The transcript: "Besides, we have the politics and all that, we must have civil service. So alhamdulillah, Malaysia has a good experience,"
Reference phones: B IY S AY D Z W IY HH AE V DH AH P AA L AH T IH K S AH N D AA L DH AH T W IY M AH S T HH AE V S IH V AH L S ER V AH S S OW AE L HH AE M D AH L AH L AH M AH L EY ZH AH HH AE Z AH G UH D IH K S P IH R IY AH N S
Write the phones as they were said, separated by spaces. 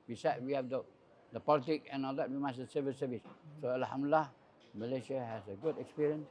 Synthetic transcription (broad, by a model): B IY S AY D W IY HH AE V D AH P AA L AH T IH K AH N AA L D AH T W IY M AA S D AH S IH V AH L S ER V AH S S OW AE L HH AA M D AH L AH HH M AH L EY SH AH HH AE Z AH G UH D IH K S P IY R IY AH N S